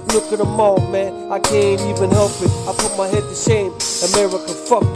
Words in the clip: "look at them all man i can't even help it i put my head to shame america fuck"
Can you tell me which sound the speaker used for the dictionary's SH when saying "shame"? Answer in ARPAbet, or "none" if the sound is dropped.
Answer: S